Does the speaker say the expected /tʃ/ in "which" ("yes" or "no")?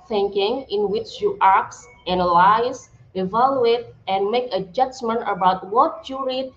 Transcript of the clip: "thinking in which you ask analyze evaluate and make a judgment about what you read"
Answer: yes